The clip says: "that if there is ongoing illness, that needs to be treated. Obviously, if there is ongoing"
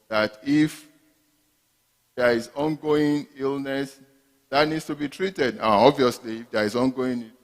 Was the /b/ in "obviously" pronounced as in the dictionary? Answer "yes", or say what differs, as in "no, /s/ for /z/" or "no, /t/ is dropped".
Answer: yes